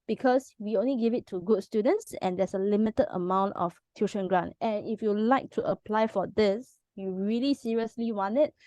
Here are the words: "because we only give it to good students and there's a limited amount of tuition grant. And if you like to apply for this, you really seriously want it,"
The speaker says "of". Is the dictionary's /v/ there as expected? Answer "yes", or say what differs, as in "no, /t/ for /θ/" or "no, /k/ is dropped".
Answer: no, /f/ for /v/